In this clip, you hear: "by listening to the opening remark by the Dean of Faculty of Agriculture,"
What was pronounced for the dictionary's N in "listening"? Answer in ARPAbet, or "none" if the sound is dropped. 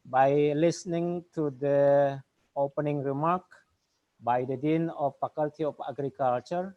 N